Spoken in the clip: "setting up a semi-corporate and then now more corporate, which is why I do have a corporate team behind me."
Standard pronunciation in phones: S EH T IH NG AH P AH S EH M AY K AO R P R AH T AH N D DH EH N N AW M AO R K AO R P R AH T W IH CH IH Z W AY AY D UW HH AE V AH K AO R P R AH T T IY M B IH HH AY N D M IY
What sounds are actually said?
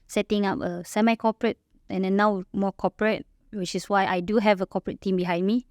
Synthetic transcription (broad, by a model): S EH T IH NG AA P AH S EH M AY K AO P R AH T AH N D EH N N AW M AO K AO P R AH T W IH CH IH S W AY AY D UW HH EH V AH K AO P R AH T T IY M B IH HH AY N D M IY